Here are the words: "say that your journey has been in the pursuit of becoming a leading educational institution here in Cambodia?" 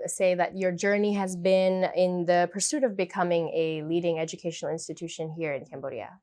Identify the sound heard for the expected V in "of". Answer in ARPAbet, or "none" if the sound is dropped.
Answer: V